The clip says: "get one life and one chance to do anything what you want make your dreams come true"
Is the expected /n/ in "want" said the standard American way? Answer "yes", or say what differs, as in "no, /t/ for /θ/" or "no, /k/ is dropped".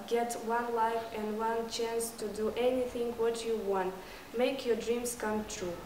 yes